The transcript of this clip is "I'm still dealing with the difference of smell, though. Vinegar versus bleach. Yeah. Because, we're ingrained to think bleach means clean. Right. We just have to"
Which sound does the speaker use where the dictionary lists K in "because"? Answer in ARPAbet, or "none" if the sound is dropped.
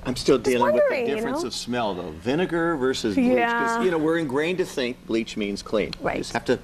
none